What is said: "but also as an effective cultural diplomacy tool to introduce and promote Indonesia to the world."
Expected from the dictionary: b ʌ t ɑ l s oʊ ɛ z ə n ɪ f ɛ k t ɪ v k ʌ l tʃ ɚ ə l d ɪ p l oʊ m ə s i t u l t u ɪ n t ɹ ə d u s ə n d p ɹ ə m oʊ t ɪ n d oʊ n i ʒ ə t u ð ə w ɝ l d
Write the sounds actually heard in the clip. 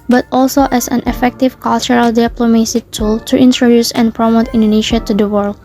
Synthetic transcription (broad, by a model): b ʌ t ɑ l s oʊ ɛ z ə n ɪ f ɛ k t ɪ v k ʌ l tʃ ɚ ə l d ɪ p l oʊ m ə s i t u l t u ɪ n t ɹ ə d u s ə n p ɹ ə m oʊ t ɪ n d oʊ n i ʃ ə t u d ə w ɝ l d